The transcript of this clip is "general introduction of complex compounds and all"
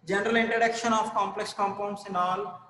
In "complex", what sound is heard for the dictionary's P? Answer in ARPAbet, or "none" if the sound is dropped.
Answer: P